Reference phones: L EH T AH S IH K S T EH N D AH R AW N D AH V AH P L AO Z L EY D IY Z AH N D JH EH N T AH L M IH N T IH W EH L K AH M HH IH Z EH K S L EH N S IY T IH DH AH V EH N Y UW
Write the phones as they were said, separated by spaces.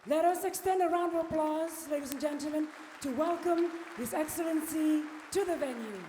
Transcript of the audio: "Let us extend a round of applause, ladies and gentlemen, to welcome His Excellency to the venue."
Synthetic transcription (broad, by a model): L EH T AH S IH K S T EH N D AH R AW N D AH AH P L AO Z L EY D IY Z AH N JH EH N T L M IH N T IH W EH L K AH M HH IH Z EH K S L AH N S IY T IH DH AH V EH N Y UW